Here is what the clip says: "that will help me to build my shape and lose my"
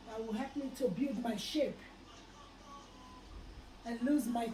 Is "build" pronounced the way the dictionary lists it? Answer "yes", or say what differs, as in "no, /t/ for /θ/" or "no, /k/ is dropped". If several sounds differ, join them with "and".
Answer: no, /l/ is dropped